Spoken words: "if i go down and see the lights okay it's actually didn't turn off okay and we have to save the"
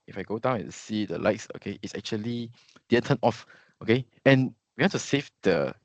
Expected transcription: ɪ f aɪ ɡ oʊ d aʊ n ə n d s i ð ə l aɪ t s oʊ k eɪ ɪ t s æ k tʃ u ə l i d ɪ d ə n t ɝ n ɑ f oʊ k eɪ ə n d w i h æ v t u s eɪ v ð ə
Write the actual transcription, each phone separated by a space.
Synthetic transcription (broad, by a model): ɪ f aɪ ɡ oʊ d aʊ ə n s i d ə l aɪ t s oʊ k eɪ ɪ t s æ k tʃ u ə l i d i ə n t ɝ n ɑ f oʊ k eɪ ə n w i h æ t u s eɪ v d ə